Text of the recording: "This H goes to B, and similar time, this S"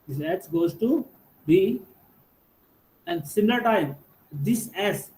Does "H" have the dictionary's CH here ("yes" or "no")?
no